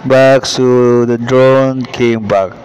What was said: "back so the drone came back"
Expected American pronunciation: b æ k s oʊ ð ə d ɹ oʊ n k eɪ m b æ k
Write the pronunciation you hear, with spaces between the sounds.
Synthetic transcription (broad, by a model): b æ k s oʊ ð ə d ɹ oʊ n k eɪ m b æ k